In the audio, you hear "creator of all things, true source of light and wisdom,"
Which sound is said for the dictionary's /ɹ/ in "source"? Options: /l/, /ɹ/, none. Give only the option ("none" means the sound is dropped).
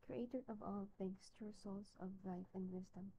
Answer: /l/